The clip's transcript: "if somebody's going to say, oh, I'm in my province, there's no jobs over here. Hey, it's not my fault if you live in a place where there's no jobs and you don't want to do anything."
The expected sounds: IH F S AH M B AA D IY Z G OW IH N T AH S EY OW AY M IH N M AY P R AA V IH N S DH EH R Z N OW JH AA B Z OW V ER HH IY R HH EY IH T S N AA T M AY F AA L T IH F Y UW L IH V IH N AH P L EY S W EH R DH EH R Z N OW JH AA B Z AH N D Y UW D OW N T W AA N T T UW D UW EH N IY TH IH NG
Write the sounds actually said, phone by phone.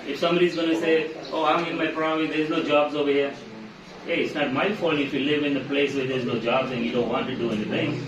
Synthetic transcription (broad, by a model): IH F S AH M B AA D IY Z G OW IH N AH S EY OW AY M IH N M AY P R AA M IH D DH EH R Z N OW JH AA B Z OW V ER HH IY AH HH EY IH T S N AA T M AY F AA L IH F Y UW L IH V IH N AH P L EY S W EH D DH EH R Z N OW JH AA B Z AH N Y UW D OW N T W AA N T T UW D UW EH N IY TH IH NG